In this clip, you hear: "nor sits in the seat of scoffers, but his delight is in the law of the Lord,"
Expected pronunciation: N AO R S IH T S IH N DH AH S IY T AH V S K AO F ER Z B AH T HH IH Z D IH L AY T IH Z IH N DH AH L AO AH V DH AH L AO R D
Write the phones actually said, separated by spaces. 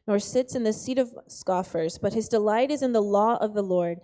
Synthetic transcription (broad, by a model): N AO R S IH T S IH N DH AH S IY T AH V S K AO F ER Z B AH T HH IH Z D IH L AY T IH Z IH N DH AH L AO AH V DH AH L AO R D